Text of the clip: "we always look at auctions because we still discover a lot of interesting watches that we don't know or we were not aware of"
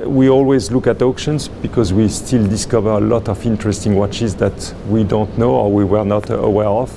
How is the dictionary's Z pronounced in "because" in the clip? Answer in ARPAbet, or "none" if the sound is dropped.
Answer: Z